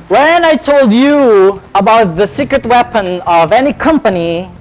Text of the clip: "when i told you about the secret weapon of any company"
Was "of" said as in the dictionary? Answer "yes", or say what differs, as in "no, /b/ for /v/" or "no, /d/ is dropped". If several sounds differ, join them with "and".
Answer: yes